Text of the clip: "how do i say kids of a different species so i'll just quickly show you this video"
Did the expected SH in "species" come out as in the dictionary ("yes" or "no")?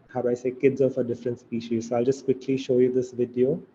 yes